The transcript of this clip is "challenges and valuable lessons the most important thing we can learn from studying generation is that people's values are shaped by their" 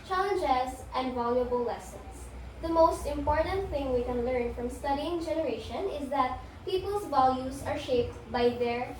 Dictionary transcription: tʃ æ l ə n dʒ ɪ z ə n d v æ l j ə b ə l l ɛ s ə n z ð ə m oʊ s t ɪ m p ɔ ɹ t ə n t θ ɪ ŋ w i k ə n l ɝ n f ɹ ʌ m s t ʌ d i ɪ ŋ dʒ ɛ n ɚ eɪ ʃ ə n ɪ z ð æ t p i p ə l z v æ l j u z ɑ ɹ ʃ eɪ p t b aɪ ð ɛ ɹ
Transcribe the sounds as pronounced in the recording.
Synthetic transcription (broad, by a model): tʃ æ l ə n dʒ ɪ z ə n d v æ l j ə b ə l l ɛ s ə n s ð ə m oʊ s t ɪ m p ɔ ɹ t ə n t θ ɪ ŋ w i k ə n l ɝ n f ɹ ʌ m s t ʌ d i ɪ ŋ dʒ ɛ n ɚ eɪ ʃ ə n ɪ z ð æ t p i p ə l s v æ l j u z ɑ ɹ ʃ eɪ p t b aɪ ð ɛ ɹ